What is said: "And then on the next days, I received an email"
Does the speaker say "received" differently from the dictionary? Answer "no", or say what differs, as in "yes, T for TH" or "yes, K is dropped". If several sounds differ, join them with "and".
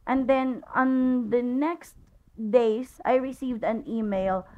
no